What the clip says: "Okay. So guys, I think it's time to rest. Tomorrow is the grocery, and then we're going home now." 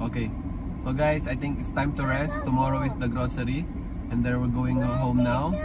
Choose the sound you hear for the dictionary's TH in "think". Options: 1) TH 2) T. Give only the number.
2